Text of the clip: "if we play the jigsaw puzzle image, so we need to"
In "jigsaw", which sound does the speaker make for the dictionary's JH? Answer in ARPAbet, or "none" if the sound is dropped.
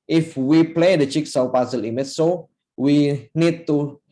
CH